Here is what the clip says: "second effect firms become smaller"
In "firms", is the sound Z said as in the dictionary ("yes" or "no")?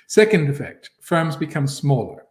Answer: yes